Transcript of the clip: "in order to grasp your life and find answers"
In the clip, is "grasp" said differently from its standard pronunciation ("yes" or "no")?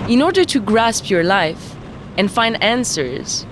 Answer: no